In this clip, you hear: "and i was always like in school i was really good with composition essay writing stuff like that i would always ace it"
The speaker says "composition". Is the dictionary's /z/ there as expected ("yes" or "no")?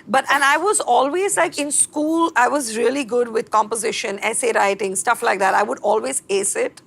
yes